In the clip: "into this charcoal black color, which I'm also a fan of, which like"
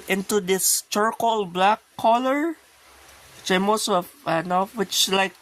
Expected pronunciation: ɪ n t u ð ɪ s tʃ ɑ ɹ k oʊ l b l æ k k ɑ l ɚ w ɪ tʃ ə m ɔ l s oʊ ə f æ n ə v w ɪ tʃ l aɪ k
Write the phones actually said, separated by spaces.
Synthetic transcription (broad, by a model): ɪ n t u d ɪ s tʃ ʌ ɹ k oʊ l b l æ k k ɑ l ɚ w ɪ tʃ ə m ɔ s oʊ ə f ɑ n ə w ɪ tʃ l aɪ k